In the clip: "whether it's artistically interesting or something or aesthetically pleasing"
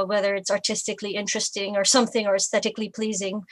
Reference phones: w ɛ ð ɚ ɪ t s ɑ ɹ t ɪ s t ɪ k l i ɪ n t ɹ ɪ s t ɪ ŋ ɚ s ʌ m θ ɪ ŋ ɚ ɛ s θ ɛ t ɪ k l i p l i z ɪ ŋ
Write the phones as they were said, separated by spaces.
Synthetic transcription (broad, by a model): w ɛ ð ɚ ɪ t s ɑ ɹ t ɪ s t ɪ k l i ɪ n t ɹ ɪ s t ɪ ŋ ɚ s ʌ m θ ɪ ŋ ɚ ɛ s θ ɛ t ɪ k l i p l i z ɪ ŋ